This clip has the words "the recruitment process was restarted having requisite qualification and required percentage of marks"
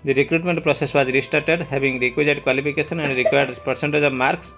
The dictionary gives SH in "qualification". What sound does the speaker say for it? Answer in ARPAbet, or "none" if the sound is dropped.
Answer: S